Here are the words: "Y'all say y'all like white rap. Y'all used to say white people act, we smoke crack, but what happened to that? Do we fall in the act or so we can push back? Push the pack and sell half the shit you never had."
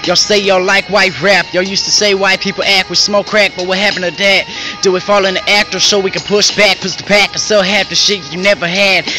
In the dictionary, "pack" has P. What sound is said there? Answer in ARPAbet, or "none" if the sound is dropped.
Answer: P